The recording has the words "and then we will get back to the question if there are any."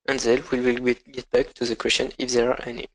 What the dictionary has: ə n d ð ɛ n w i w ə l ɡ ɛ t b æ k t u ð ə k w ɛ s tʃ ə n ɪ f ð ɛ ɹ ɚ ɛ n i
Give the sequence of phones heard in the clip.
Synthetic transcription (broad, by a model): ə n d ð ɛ l w i w ə l ɡ ɛ t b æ k t u ð ə k w ɛ s tʃ ə n ɪ f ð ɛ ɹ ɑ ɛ n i